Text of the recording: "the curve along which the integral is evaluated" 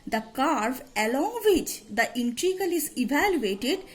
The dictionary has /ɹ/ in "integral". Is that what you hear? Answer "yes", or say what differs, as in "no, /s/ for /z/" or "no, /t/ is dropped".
no, /ɹ/ is dropped